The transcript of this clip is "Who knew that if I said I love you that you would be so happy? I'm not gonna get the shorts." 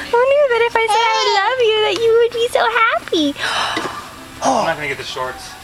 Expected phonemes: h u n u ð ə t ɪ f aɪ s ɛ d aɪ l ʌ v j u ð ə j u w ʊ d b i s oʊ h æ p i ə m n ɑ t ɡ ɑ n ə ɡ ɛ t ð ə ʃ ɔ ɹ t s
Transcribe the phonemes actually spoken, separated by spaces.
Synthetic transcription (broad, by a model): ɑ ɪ n u ð ə t ɪ f aɪ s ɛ ɪ l ʌ v j u ð ə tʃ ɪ w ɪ d b i s oʊ h æ p i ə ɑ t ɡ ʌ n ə ɡ ɛ t ð ə ʃ ɔ ɹ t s